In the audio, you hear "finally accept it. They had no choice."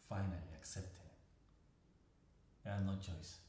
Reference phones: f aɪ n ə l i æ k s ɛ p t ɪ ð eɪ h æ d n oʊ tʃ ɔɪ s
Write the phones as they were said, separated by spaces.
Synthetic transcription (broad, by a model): f aɪ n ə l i æ k s ɛ p t ɪ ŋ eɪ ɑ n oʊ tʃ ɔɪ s